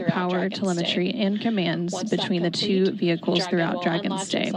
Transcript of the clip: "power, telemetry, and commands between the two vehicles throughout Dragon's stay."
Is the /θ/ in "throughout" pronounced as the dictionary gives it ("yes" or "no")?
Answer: yes